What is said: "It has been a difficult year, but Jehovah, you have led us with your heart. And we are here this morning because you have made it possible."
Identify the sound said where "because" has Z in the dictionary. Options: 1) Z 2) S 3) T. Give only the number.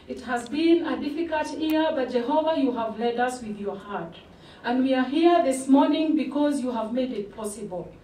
1